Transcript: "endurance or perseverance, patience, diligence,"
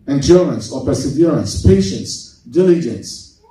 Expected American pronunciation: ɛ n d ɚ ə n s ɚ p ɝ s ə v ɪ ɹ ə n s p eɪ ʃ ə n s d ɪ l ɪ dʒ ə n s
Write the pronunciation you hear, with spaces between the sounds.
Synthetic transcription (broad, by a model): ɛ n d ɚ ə n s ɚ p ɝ s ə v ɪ ɹ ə n s p eɪ ʃ ə n s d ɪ l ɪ dʒ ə n s